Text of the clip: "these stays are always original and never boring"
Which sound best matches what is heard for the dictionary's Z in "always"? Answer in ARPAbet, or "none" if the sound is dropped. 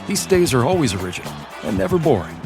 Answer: Z